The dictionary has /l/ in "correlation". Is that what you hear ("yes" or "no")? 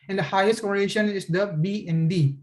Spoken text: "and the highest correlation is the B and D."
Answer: no